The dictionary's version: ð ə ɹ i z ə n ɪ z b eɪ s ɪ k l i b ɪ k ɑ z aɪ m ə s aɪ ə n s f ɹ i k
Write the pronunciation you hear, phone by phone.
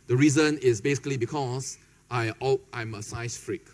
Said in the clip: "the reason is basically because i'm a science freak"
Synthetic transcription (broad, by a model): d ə ɹ i z ə n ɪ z b eɪ s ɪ k l i b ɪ k ɑ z aɪ m ə s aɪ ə s f ɹ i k